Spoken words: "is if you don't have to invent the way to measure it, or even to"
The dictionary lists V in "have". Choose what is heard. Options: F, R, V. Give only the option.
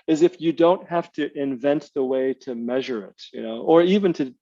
F